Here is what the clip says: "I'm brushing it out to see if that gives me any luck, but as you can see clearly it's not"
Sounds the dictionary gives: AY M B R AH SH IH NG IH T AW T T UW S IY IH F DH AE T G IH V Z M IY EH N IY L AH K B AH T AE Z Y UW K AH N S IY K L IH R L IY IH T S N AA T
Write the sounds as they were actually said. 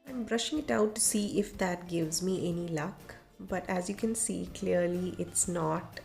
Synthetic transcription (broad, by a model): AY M B R AH SH IH NG IH T AW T T UW S IY IH F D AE T G IH V Z M IY EH N IY L AH K B AH T AE Z Y UW K AH N S IY K L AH R L IY IH T S N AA T